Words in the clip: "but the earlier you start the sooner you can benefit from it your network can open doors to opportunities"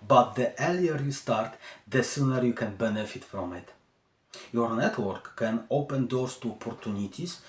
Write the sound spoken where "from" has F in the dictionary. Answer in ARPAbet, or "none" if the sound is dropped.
P